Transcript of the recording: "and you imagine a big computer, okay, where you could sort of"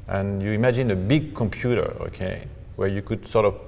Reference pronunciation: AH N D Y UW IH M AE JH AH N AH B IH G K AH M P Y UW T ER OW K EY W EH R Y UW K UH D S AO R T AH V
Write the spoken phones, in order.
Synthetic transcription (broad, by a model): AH N Y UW IH M AE JH AH N AH B IH G K AH M P Y UW T ER OW K EY W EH R Y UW K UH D S AO R T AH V